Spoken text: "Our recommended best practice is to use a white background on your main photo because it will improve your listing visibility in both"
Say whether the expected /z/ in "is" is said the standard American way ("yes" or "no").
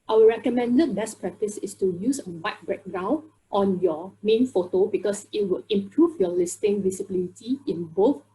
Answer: no